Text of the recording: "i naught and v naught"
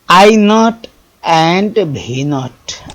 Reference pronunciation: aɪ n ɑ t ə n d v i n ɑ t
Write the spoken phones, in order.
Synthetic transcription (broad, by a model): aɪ n ɑ t ə n d b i n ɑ t